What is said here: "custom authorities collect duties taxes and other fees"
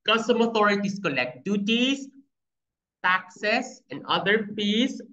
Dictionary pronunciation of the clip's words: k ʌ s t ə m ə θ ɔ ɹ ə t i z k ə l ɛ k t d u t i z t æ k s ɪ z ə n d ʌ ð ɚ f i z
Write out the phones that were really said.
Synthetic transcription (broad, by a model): k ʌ s t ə m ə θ ɔ ɹ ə t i s k ə l ɛ k t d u t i s t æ k s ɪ s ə n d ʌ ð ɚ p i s